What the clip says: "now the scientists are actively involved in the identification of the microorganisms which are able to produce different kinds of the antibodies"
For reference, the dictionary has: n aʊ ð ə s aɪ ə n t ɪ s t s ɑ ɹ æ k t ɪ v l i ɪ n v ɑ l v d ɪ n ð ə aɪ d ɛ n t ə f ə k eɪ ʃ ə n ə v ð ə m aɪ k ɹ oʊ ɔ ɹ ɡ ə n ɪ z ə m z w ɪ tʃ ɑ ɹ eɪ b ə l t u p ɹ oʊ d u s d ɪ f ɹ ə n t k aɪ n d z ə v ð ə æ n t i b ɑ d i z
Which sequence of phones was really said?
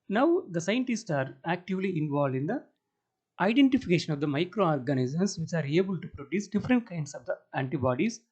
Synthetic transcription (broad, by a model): n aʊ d ə s aɪ ə n t ɪ s t s ɑ ɹ æ k t ɪ v l i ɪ n v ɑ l d ɪ n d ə aɪ d ɛ n t ə f ə k eɪ ʃ ə n ə v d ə m aɪ k ɹ oʊ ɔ ɹ ɡ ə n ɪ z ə m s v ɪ tʃ ɑ ɹ eɪ b ə l t u p ɹ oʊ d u s d ɪ f ɹ ə n t k aɪ n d s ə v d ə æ n t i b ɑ d i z